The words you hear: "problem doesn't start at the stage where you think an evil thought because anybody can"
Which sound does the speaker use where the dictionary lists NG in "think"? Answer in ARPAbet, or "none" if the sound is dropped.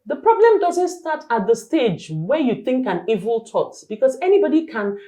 NG